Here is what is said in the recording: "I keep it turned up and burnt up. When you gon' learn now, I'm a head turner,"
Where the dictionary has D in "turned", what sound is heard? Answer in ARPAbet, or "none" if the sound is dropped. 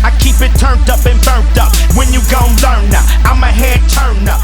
D